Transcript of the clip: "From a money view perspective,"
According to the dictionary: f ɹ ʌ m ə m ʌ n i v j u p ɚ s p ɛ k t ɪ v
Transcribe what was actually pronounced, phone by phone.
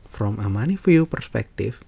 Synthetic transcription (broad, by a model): f ɹ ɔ m ə m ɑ n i f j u p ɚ s p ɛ k t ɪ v